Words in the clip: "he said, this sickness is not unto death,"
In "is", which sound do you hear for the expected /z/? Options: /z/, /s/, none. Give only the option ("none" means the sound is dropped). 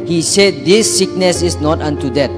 /s/